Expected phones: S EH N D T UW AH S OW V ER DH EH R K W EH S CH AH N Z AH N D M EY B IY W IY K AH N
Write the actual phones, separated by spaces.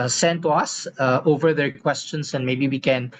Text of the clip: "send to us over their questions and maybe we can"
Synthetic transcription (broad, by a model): S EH N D T UW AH S OW V ER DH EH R K W EH S CH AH N S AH N M EY B IY W IY K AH N